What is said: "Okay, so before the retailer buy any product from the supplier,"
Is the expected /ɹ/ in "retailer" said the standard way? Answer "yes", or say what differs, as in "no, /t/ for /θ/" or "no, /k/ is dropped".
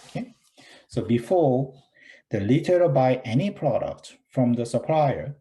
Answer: no, /l/ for /ɹ/